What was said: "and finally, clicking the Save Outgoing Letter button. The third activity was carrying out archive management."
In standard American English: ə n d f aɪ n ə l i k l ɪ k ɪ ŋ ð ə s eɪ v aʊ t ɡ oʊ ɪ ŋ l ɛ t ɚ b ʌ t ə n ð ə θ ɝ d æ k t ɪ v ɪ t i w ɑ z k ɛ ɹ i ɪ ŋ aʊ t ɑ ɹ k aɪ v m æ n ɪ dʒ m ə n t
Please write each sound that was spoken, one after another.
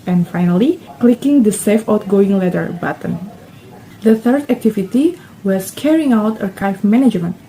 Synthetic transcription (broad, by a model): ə n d f aɪ n ə l i k l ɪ k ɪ ŋ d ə s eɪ f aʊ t ɡ oʊ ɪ ŋ l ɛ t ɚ b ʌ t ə n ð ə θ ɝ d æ k t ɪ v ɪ t i w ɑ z k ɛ ɹ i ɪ ŋ aʊ t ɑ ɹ k aɪ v m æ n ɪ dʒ m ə n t